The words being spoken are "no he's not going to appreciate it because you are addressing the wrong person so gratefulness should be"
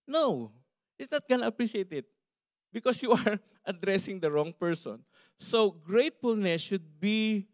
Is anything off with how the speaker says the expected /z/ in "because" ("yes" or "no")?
yes